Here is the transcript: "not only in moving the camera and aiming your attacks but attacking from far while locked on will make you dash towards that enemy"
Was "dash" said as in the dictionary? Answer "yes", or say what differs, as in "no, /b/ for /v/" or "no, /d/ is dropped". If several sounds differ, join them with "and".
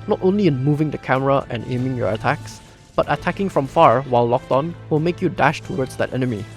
yes